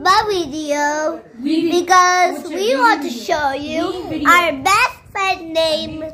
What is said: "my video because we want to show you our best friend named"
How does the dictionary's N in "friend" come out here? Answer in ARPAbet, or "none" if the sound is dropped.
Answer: none